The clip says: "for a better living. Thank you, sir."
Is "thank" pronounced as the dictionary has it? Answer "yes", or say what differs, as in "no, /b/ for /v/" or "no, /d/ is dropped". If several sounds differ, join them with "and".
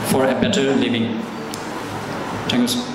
no, /t/ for /θ/